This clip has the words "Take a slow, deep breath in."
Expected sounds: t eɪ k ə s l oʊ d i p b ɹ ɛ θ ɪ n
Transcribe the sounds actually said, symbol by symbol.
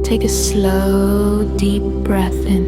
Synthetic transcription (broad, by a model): t eɪ k ə s l oʊ d i p b ɹ ɛ θ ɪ n